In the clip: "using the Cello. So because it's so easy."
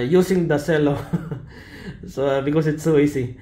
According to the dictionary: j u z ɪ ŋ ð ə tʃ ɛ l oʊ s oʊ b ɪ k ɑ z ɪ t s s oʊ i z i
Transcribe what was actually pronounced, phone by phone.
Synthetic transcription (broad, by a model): j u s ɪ ŋ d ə s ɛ l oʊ s oʊ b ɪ k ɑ s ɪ t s s oʊ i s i